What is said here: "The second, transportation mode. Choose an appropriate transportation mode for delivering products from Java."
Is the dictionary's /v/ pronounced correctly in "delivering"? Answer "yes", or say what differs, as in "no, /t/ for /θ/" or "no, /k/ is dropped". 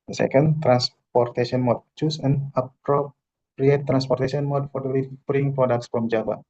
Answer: no, /b/ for /v/